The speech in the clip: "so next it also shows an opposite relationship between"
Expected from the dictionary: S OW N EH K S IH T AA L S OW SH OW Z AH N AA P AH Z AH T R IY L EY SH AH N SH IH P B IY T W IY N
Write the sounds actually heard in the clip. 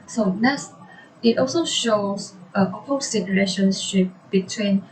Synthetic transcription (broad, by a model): S OW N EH S IH T AA L S OW SH OW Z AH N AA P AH S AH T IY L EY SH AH N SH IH P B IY T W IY N